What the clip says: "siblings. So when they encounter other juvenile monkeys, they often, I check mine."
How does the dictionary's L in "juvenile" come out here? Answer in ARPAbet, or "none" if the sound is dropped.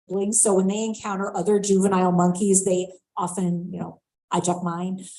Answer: L